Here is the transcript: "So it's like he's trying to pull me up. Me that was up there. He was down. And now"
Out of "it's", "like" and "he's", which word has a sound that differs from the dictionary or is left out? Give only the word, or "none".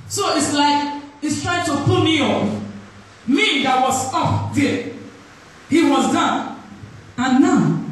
he's